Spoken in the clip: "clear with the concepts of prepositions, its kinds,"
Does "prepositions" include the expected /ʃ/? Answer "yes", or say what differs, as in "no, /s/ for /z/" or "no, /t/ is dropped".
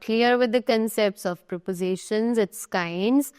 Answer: yes